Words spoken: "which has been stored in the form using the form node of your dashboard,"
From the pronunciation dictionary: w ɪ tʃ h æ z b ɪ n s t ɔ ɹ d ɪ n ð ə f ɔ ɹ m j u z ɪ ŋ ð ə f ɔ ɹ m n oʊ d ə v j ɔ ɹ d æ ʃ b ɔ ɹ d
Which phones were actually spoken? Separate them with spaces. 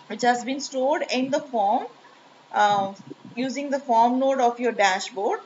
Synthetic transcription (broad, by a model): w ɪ tʃ h æ z b ɪ n s t ɔ ɹ d ɪ n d ə f ɔ ɹ m j u z ɪ ŋ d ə f ɔ ɹ m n oʊ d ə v j ɔ ɹ d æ ʃ b ɔ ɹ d